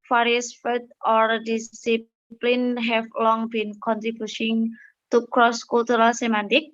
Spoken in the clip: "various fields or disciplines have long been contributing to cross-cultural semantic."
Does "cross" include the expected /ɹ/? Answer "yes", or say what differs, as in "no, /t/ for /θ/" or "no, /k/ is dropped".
yes